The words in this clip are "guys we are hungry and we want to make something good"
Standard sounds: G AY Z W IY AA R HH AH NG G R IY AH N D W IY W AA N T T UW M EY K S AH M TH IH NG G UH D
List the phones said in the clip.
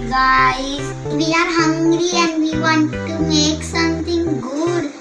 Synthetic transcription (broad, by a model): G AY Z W IY AA R HH AH NG G R IY AH N D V IY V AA N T T UW M EY K S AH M T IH NG G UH D